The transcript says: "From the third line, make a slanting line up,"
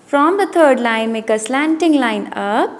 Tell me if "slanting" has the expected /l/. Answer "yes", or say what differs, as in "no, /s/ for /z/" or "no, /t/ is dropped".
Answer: yes